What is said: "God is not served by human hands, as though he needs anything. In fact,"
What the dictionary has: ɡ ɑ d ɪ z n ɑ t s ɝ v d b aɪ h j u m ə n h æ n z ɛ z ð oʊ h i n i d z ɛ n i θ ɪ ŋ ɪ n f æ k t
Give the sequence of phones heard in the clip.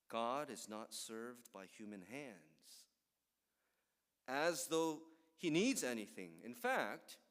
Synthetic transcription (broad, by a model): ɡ ɑ d ɪ z n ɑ t s ɝ v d b aɪ h j u m ə n h æ n z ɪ z ð oʊ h i n i d z ɛ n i θ ɪ ŋ ɪ n f æ k t